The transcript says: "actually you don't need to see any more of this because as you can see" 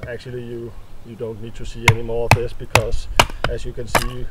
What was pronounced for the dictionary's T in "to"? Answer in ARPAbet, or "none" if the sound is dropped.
T